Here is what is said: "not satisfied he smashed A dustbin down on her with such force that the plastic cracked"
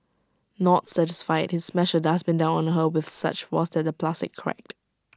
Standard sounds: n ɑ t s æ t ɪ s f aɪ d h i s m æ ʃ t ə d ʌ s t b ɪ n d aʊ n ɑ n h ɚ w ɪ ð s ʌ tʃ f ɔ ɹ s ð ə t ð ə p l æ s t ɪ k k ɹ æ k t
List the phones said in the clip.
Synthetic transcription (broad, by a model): n ɑ t s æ t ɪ s f aɪ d h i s m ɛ ʃ ə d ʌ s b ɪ n d aʊ n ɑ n h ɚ w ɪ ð s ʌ tʃ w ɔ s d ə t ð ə p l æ s t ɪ k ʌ ɹ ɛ k t